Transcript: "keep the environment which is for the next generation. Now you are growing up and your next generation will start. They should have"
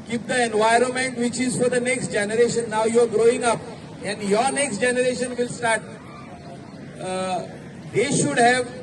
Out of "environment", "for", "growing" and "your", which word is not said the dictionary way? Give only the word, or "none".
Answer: none